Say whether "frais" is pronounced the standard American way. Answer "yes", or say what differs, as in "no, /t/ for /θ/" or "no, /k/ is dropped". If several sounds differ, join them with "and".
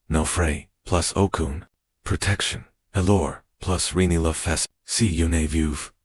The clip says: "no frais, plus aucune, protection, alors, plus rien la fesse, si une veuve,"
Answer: yes